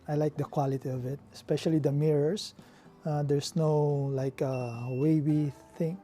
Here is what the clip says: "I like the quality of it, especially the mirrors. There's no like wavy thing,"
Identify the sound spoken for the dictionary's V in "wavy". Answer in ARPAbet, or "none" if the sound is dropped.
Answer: B